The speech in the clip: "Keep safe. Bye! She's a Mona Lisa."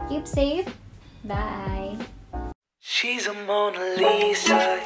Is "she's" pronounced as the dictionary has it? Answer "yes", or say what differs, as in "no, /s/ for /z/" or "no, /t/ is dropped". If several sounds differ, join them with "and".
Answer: yes